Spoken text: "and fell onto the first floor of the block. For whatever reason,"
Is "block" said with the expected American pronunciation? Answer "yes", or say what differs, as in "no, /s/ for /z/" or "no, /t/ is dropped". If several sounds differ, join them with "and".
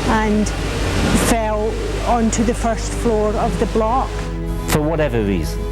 yes